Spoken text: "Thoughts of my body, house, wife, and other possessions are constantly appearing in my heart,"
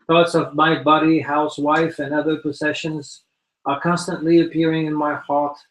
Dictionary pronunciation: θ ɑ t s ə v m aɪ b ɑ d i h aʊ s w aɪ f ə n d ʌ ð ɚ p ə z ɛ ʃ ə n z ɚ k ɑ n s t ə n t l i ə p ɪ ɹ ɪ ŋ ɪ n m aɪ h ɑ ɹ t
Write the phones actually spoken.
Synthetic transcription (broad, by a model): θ ɑ t s ə v m aɪ b ɑ d i h aʊ s w aɪ f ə n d ʌ ð ɚ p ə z ɛ ʃ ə n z ɚ k ɑ n s t ə n t l i ə p ɪ ɹ ɪ ŋ ɪ n m aɪ h ɑ ɹ t